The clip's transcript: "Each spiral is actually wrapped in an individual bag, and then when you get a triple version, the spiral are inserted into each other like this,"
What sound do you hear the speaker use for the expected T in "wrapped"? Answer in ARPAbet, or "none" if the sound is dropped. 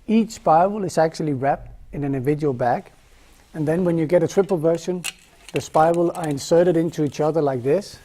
T